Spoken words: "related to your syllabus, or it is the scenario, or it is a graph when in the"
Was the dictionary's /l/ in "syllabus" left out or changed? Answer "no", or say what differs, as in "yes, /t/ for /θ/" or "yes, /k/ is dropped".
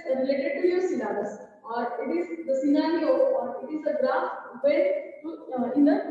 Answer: yes, /n/ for /l/